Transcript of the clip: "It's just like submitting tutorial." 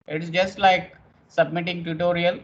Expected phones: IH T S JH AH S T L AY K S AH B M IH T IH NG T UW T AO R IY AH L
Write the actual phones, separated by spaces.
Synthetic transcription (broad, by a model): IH T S JH AH S T L AY K S AH B M IH T IH NG T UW T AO R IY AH L